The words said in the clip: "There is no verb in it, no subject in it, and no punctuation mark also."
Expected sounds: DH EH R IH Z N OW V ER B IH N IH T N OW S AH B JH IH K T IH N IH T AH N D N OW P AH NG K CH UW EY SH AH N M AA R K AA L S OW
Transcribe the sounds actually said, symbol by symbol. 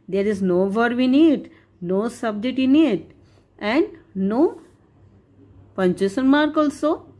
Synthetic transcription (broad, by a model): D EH R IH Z N OW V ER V IH N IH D N OW S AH B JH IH T IH N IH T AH N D N OW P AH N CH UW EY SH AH N M AA R K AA L S OW